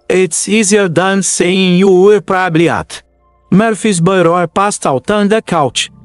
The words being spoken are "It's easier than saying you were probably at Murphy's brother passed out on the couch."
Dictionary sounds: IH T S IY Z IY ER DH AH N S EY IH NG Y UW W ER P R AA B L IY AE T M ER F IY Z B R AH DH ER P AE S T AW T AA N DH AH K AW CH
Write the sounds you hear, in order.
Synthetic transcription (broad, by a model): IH T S IY Z IY ER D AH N S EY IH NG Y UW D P R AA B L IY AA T M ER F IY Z B AH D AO P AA S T AW T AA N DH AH K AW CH